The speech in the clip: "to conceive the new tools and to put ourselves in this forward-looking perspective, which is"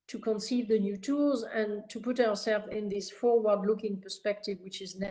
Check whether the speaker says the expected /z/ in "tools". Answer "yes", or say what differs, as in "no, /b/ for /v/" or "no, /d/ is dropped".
yes